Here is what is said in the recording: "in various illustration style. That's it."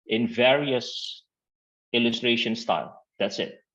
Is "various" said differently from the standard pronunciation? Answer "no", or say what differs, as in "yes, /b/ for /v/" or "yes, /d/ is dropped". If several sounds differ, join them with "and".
no